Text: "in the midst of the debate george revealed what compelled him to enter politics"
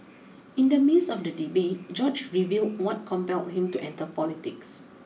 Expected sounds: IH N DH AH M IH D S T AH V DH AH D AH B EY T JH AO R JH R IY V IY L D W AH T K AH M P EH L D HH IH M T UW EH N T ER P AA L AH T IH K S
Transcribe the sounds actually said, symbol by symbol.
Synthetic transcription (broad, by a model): IH N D AH M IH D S AH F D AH D AH B EY T JH AO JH R IY V IY L D W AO T K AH M P EH L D HH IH M T UW EH N T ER P AA L AH T IH K S